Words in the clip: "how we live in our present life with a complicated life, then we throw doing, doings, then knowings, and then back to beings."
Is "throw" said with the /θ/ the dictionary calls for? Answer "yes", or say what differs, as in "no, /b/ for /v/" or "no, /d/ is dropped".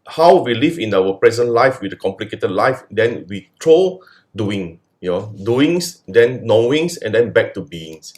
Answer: no, /t/ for /θ/